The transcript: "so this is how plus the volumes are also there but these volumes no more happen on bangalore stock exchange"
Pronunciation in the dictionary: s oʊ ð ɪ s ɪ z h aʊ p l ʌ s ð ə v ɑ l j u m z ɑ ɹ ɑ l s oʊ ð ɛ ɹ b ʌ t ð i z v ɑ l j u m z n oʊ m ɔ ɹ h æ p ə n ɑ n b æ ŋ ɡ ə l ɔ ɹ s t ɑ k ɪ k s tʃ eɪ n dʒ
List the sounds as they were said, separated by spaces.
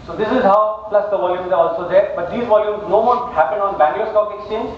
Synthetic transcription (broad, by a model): s oʊ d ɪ s ɪ z h aʊ p l ʌ s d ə v ɑ l j u m z ɑ ɹ ɑ l s oʊ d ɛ ɹ b ʌ t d i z v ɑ l j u m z n oʊ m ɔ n h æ p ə n ɑ n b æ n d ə ɔ s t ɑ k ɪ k s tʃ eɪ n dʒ